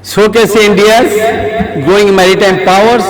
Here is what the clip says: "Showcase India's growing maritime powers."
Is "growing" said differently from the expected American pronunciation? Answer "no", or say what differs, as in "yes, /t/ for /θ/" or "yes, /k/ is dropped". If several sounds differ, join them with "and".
yes, /ɹ/ is dropped